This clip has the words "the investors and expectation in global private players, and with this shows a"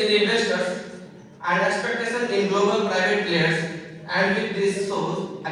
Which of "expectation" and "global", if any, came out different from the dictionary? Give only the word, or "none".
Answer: expectation